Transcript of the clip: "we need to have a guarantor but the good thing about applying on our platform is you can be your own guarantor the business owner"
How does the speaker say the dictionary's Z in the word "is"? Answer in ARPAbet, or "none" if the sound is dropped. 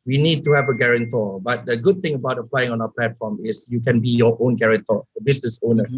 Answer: S